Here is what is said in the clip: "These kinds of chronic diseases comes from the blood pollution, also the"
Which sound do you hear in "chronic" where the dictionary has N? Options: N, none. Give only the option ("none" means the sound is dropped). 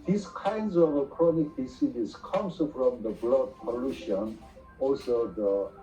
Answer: N